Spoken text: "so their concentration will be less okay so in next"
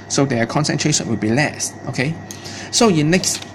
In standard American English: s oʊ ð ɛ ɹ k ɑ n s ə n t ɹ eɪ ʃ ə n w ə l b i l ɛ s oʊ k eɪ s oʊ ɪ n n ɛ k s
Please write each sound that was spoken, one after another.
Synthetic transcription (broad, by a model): s oʊ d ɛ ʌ k ɑ n s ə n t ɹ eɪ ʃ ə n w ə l b i l ɛ s oʊ k eɪ s oʊ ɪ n n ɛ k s